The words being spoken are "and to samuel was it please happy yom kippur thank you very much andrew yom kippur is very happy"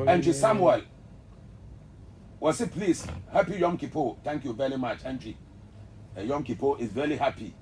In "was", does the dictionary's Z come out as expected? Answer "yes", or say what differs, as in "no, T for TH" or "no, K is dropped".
no, S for Z